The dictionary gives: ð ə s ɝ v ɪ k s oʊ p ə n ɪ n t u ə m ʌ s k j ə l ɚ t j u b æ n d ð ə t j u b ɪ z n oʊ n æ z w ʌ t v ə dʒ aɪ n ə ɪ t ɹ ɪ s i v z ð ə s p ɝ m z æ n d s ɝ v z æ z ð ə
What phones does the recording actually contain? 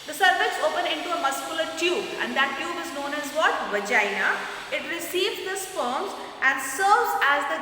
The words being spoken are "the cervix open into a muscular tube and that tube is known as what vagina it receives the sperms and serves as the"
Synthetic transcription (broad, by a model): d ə s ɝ f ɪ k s oʊ p ə n ɪ n t u ə m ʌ s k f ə l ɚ t j u b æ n d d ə t j u b ɪ z n oʊ n æ z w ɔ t v ə dʒ aɪ n ə ɪ t ɹ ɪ s i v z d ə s f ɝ m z æ n d s ɝ v z æ z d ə